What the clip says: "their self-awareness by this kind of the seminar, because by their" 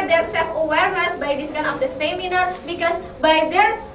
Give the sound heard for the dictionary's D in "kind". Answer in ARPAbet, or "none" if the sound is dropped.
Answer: none